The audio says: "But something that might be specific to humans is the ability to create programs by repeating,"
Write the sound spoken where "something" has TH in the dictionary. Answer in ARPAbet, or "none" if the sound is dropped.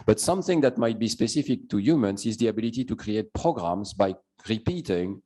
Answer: TH